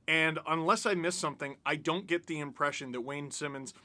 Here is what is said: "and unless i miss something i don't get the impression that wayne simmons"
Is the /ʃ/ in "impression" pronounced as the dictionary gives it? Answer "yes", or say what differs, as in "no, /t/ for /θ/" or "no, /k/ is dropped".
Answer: yes